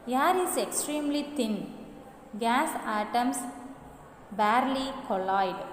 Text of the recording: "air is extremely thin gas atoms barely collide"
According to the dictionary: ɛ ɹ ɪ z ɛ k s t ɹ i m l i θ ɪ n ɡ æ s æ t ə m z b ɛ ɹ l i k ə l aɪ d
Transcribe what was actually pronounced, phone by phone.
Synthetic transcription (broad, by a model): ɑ ɹ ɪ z ɛ k s t ɹ i m l i t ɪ n ɡ æ s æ t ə m s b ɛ ɹ l i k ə l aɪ d